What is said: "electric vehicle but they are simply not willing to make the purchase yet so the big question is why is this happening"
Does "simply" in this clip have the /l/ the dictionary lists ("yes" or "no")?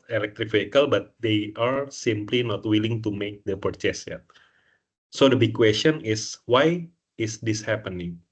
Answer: yes